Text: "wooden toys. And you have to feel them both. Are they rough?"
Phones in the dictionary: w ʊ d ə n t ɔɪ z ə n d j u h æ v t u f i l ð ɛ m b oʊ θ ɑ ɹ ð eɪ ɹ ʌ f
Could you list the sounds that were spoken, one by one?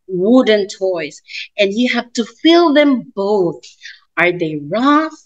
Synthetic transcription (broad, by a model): w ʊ d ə n t ɔɪ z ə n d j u h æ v t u f i l ð ɛ m b oʊ θ ɑ ɹ ð eɪ ɹ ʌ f